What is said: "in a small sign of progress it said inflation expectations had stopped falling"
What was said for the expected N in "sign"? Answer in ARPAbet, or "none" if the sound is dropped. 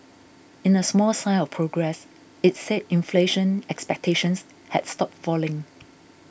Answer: L